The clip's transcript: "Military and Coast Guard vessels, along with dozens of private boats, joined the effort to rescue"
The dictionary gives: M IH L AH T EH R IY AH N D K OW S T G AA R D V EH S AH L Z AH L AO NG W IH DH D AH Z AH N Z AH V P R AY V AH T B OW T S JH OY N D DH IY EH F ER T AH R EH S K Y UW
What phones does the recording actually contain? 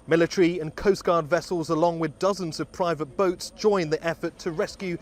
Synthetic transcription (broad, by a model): M IH L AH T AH R IY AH N K OW S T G AA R D V EH S AH L Z AH L AO NG W IH DH D AH Z AH N Z AH V P R AY V AH T B OW T S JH OY N DH IY EH F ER T AH R EH S K Y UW